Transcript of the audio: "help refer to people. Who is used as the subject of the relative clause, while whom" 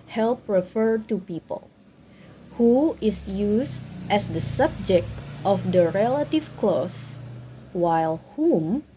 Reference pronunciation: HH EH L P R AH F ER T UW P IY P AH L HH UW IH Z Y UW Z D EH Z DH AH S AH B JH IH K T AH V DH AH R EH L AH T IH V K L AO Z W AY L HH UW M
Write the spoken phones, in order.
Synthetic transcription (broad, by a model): HH EH L P R AH F ER T UW P IY P AH L HH UW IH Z Y UW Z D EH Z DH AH S AH B JH IH K T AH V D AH R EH L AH T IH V K L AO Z W AY L HH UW M